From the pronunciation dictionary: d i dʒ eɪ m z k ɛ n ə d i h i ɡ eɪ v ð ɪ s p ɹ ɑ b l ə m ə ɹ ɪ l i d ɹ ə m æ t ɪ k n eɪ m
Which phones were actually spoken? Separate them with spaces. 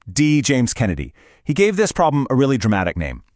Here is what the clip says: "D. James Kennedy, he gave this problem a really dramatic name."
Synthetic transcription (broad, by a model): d i dʒ eɪ m z k ɛ n ə d i h i ɡ eɪ v ð ɪ s p ɹ ɑ b l ə m ə ɹ ɪ l i d ɹ ə m æ t ɪ k n eɪ m